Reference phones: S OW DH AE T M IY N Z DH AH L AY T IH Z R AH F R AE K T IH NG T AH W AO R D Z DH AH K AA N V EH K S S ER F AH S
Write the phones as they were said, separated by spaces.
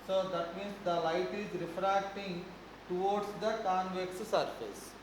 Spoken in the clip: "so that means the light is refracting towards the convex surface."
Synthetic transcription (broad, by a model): S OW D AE T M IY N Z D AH L AY T IH Z R AH F R AE K T IH NG T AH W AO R D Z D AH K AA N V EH K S S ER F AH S